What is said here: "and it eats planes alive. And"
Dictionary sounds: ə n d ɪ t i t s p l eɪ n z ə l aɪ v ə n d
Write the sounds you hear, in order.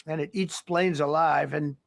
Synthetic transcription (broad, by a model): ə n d ɪ t i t s p l eɪ n z ə l aɪ v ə n